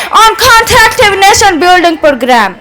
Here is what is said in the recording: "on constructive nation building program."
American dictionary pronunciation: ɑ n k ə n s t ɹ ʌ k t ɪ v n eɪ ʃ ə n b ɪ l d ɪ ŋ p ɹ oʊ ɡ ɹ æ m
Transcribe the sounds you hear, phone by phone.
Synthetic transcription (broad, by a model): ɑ n k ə n t ɹ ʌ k t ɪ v n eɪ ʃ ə n b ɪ l d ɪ ŋ p ɹ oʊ ɡ ɹ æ m